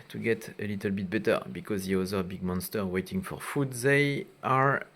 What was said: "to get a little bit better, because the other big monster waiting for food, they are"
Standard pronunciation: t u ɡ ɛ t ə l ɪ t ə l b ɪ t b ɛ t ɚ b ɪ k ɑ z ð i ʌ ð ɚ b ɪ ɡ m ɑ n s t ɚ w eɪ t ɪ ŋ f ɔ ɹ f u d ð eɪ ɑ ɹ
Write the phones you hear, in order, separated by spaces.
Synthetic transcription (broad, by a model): t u ɡ ɛ t ə l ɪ t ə l b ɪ t b ɛ t ɚ b ɪ k ɑ z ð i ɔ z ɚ b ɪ ɡ m ɑ n s t ɚ w eɪ t ɪ ŋ f ɔ ɹ f u d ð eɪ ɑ ɹ